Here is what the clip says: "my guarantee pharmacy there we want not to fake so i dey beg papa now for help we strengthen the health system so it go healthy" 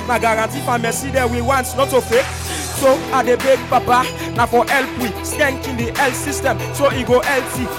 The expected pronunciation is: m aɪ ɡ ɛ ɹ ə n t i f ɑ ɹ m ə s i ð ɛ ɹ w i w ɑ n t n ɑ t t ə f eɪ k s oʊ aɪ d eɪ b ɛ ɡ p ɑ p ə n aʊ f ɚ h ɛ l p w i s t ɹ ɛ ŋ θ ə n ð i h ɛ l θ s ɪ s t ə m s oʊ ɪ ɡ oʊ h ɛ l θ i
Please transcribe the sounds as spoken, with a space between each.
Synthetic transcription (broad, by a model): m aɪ ɡ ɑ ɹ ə n t i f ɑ m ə s i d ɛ w i w ɑ n t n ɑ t t ə f eɪ k s oʊ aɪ d eɪ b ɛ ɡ p ɑ p ə n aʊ f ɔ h ɛ l p w i s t ɛ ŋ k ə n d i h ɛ l t s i s t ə m s oʊ ɪ ɡ oʊ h ɛ l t i